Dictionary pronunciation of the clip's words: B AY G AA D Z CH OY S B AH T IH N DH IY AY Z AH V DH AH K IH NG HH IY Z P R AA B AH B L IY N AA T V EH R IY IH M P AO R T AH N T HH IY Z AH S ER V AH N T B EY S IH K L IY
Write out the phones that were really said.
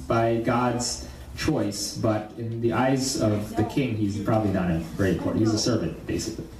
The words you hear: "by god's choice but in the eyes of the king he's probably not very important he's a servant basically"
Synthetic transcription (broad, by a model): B AY G AA D Z CH OY S B AH T IH N DH IY AY Z AH V DH AH K IH NG HH IY Z P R AA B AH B L IY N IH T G R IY IH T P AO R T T HH IY Z AH S ER V AH N T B EY S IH K L IY